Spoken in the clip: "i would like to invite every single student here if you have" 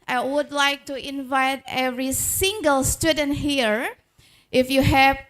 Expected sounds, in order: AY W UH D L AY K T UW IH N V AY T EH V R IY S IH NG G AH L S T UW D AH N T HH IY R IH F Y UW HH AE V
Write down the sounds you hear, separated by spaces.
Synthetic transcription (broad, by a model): AY W UH D L AY K T UW IH N V AY T EH V R IY S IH NG G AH L S T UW D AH N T HH IY R IH F Y UW HH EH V